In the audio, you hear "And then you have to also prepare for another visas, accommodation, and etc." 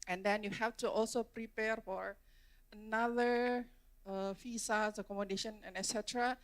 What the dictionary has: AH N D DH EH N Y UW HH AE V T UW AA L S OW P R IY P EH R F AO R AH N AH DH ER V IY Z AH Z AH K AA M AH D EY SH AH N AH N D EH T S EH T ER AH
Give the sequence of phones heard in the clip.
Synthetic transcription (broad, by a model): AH N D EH N Y UW HH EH F T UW AA L S OW P R IY P EH R F AO R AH N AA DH ER F IY S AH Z AH K AA M AH D EY SH AH N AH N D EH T S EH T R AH